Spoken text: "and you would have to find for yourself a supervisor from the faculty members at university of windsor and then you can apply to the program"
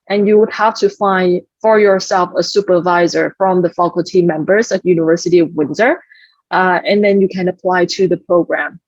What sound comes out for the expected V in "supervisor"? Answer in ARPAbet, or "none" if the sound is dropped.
V